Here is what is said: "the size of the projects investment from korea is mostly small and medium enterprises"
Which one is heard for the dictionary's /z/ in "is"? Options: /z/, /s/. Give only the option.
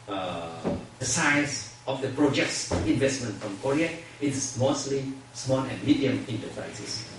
/s/